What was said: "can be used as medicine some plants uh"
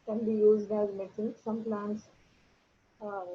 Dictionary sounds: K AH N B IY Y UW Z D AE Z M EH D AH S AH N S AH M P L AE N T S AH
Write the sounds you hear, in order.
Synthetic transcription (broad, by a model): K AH N B IY Y UW Z D AE Z M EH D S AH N S AH M P L AE N T S